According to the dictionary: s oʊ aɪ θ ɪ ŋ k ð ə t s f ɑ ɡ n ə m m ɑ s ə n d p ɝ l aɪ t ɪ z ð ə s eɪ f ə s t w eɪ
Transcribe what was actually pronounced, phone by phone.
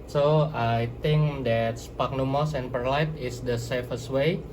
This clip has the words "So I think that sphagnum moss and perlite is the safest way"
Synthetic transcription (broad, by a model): s oʊ aɪ t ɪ ŋ k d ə t s p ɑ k n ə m m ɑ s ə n p ɝ l aɪ t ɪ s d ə s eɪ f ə s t w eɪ